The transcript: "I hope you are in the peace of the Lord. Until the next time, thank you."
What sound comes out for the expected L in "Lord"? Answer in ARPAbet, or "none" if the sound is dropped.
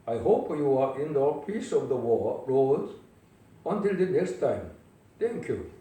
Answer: W